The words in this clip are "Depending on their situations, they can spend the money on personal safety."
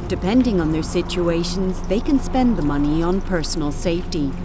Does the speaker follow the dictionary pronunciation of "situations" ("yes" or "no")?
yes